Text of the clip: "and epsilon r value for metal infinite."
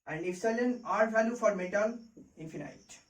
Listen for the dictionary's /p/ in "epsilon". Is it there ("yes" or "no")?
no